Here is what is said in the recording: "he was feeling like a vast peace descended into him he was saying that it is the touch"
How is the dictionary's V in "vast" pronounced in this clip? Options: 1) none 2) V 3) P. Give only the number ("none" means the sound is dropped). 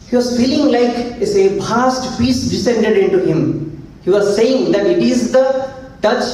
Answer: 3